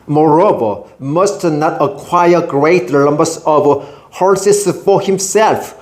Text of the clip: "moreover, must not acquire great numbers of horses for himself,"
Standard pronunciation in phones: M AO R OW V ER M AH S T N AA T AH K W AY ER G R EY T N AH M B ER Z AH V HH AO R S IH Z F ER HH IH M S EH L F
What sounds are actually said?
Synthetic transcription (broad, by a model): M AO R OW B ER M AH S T N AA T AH K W AY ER G R EY T L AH M B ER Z AH V HH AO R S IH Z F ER HH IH M S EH L F